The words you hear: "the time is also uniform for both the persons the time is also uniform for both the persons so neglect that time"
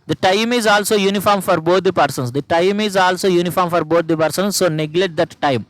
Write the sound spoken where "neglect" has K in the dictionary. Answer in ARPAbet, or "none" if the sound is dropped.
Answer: none